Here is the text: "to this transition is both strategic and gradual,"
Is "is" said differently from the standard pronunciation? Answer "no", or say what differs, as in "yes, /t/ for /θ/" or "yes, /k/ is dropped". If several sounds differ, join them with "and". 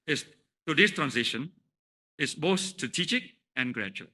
yes, /s/ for /z/